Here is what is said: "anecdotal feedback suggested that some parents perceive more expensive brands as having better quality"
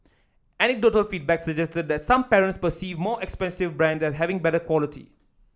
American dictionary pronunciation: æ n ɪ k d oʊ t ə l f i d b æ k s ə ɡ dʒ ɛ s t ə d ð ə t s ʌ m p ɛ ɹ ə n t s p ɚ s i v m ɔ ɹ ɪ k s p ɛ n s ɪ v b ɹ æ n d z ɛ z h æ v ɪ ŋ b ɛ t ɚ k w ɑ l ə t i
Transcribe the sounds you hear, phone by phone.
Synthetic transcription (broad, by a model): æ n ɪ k d oʊ t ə l f i d b æ k s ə dʒ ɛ s t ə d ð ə t s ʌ m p ɛ ɹ ə n t s p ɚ s i v m ɔ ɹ ɪ k s p ɛ n s ɪ v b ɹ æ n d ɛ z h æ v ɪ ŋ b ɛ t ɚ k w ɑ l ə t i